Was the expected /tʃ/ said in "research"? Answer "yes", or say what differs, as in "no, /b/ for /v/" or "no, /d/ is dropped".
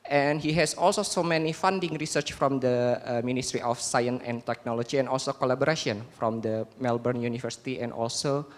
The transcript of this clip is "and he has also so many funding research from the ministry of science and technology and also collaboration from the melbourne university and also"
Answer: yes